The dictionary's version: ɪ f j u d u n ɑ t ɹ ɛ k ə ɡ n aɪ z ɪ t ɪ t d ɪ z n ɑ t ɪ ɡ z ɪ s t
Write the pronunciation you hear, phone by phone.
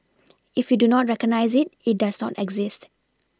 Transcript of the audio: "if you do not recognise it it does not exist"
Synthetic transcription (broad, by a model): ɪ f j u d u n ɑ t ɹ ɛ k ə ɡ n aɪ z ɪ t ɪ t d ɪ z n ɑ t ɪ ɡ z ɪ s t